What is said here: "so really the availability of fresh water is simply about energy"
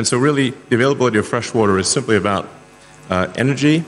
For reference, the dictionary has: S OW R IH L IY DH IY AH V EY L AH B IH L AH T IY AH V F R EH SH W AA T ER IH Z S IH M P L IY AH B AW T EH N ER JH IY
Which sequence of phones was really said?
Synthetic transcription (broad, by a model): S OW R IH L IY DH IY AH V EY L AH B IH L AH T IY AH V F R EH SH W AA T ER IH Z S IH M P L IY AH B AW T EH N ER JH IY